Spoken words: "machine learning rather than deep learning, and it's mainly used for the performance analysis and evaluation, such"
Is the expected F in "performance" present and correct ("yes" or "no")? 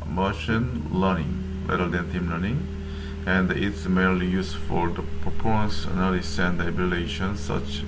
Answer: no